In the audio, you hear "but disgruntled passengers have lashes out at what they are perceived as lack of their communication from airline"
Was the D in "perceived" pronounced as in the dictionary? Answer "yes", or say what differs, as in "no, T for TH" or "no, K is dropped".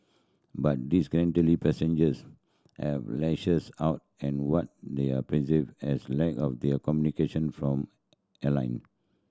no, D is dropped